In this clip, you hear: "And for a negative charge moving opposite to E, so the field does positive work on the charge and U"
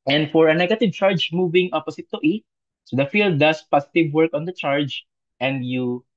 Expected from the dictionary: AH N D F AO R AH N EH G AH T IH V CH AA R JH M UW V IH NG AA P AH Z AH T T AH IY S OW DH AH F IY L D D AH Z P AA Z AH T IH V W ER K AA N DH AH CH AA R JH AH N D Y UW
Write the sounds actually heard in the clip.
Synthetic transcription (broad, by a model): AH N D F AO R AH N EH G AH T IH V CH AA R JH M UW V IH NG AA P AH S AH T T IY S OW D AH F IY L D D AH S P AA S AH T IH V W ER K AA N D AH CH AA R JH AH N D Y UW